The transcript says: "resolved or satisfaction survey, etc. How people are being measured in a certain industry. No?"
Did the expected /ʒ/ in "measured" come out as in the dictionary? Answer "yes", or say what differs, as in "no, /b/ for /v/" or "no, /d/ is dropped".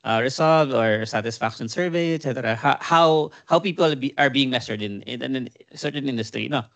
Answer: no, /s/ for /ʒ/